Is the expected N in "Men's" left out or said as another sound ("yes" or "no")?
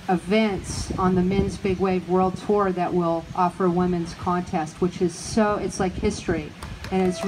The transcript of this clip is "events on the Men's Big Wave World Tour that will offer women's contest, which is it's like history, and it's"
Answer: no